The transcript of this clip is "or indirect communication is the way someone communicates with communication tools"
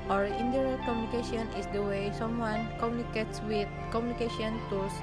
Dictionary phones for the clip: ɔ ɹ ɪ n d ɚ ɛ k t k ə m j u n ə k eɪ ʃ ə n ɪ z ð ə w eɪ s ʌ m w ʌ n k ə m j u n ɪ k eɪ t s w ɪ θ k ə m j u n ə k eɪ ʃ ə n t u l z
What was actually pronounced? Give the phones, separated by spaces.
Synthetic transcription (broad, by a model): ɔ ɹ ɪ n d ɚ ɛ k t k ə m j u n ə k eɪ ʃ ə n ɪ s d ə w eɪ s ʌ m w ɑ n k ə m j u n ɪ k eɪ t s w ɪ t k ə m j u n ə k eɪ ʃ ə n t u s